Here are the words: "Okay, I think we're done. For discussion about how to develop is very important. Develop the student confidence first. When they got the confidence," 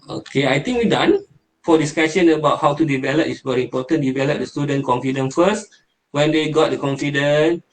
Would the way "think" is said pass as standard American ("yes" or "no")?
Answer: no